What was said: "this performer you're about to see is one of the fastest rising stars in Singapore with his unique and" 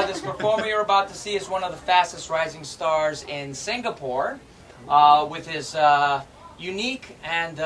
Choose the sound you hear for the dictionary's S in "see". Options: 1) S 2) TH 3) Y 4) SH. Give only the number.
1